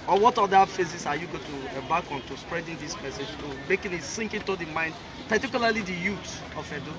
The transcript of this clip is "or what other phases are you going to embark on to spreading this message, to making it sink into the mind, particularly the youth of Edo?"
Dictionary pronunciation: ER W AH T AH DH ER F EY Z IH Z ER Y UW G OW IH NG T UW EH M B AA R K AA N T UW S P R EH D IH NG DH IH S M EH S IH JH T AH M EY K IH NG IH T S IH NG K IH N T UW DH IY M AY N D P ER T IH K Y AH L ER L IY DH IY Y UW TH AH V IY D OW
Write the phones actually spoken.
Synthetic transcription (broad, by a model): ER W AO T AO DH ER F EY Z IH S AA Y UW G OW T UW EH B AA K AA N T UW S P R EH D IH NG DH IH S M EH S IH JH T AH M EY K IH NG IH T S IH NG K IH N T UW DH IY M AY N D P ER T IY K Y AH L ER L IY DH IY Y UW T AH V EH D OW